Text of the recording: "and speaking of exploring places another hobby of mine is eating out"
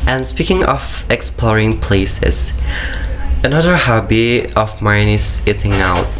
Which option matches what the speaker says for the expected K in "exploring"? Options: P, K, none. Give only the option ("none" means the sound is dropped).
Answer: K